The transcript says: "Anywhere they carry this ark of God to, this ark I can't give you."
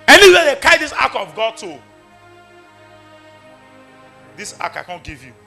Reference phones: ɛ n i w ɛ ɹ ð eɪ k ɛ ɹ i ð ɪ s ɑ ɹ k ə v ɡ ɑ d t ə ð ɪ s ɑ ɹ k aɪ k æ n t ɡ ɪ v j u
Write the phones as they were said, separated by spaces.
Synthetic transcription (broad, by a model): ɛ n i w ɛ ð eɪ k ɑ i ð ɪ s ɑ k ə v ɡ ɑ d t ə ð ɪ s ɑ k aɪ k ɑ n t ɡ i v j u